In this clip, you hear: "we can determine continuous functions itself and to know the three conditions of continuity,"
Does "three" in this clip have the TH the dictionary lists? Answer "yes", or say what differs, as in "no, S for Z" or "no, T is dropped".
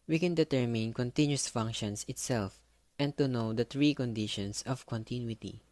no, T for TH